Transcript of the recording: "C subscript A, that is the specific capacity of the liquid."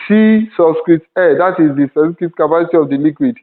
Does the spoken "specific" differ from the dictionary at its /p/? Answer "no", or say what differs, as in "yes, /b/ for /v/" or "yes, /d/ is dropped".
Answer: yes, /p/ is dropped